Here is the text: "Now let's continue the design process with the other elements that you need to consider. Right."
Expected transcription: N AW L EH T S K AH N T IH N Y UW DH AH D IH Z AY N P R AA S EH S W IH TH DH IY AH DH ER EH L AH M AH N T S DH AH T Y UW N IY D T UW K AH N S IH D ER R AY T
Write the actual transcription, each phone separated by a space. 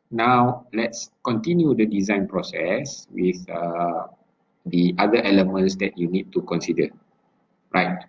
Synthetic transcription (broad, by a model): N AW L EH T S K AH N T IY N Y UW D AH D IH Z AY N P R AA S EH S W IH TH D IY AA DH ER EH L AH M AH N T S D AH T Y UW N IY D T UW K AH N S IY D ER R AY T